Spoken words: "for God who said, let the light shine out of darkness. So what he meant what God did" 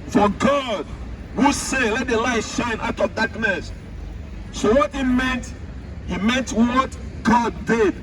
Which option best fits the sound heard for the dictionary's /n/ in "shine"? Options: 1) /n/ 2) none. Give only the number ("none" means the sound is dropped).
1